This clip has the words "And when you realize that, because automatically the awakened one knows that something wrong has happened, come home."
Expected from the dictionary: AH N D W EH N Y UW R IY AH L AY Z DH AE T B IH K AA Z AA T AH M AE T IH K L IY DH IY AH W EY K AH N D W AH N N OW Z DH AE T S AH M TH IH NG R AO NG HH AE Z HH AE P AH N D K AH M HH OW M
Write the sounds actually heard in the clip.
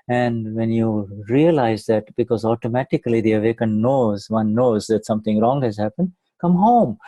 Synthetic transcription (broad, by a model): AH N D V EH N Y UW R IY AH L AY Z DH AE T B IH K AA Z AA T AH M AE T IH K L IY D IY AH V EY K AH N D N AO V N OW Z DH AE T S AH M T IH NG R AO NG HH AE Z HH AE P AH N D K AH M HH OW M